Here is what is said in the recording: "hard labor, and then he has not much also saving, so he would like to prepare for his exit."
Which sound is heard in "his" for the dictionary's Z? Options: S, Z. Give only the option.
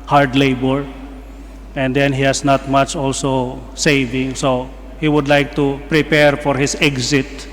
S